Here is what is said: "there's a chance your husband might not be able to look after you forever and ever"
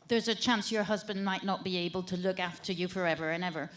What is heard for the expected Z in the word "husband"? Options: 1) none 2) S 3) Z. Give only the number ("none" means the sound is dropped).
3